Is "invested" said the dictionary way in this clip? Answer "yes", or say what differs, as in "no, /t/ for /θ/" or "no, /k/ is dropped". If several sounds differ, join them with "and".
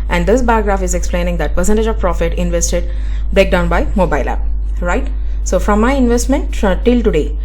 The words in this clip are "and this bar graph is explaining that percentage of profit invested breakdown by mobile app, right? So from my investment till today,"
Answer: yes